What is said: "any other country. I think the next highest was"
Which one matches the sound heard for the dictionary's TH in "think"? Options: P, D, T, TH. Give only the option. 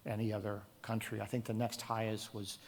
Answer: TH